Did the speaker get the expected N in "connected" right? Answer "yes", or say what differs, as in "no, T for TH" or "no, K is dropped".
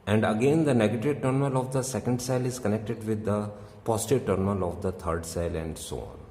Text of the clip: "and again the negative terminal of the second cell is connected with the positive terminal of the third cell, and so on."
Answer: yes